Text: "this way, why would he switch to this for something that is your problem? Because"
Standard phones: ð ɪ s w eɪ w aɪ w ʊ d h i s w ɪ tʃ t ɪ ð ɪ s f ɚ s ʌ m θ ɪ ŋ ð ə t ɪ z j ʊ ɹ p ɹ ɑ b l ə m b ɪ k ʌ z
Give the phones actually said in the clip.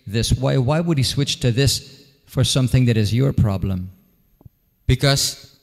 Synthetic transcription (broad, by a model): ð ɪ s w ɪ w aɪ w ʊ d h i s w ɪ tʃ t ɪ ð ɪ s f ɚ s ʌ m θ ɪ ŋ ð ə t ɪ z j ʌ ɹ p ɹ ɑ b l ə m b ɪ k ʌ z